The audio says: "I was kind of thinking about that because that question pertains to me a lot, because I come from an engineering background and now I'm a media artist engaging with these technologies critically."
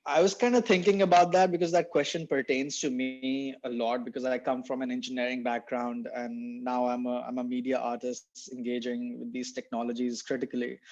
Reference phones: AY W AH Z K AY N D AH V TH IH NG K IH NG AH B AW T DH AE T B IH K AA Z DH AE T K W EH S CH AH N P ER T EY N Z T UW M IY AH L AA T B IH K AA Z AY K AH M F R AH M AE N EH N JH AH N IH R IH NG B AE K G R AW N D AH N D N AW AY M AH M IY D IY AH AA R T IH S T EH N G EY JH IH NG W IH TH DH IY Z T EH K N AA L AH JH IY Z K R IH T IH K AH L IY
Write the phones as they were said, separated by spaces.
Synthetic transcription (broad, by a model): AY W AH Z K AY N D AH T IH NG K IH NG AH B AW T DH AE T B IH K AA Z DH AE T K W EH S CH AH N P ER T EY N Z T UW M IY AH L AA T B IH K AA Z AY K AH M F R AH M AE N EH N JH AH N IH R IH NG B AE K G R AW N D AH N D N AW AY M AH M IY D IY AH AA R T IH S T EH N G EY JH IH NG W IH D IY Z T EH K N AA L AH JH IY Z K R IH T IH K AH L IY